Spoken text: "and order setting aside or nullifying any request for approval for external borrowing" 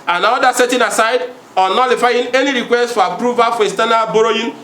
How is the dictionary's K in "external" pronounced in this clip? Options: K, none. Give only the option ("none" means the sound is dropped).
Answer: none